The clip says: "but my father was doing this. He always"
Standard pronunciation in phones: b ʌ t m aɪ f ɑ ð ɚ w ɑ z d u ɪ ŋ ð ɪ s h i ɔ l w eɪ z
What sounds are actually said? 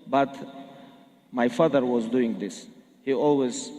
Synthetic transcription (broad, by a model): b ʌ t m aɪ f ɑ ð ɚ w ɑ z d u ɪ ŋ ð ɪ s h i ɔ l w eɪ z